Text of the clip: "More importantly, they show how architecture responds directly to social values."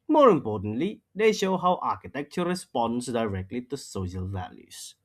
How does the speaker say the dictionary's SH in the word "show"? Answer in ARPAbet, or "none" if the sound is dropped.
SH